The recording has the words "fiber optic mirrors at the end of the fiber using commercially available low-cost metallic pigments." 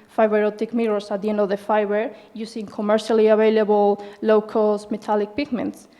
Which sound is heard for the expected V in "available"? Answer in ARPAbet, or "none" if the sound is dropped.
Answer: B